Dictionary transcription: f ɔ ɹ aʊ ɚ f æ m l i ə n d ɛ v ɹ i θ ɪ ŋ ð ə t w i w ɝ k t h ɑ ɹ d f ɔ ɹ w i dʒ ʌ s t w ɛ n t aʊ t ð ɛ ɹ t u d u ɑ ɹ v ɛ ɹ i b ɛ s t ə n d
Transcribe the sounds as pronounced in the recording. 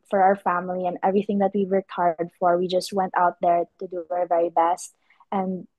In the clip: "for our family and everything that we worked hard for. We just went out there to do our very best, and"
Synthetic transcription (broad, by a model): f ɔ ɹ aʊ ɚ f æ m l i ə n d ɛ v ɹ i θ ɪ ŋ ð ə t w i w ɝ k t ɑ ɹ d f ɔ ɹ w i dʒ ʌ s t w ɛ n t aʊ t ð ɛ ɹ t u d u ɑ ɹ v ɛ ɹ i b ɛ s t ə n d